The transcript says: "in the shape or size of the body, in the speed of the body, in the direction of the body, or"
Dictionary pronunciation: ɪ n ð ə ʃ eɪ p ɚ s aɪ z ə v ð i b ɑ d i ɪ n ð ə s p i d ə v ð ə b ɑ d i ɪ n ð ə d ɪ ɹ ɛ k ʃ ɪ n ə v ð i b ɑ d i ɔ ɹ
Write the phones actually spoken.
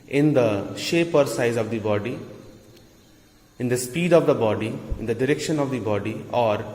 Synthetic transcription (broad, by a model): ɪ n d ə ʃ eɪ p ɚ s aɪ z ə v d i b ɑ d i ɪ n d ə s p i d ə v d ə b ɑ d i ɪ n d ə d ɪ ɹ ɛ k ʃ ɪ n ə v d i b ɑ d i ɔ ɹ